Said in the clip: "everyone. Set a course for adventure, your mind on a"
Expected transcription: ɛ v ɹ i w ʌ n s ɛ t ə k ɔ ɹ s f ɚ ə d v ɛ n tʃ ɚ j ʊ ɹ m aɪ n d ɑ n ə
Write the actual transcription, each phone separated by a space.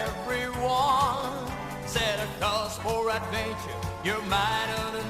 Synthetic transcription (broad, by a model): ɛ v ɹ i w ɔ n s ɛ t ə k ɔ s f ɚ ə d v ɛ n tʃ ɚ j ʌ ɹ m aɪ d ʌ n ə